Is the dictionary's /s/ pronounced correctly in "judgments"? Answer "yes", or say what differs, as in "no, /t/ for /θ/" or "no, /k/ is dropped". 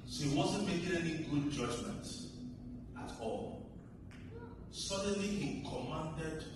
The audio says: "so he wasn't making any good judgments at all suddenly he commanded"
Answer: no, /s/ is dropped